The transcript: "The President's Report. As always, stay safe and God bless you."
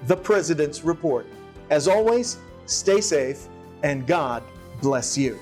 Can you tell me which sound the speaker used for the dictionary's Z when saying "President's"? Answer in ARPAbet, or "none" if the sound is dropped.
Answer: Z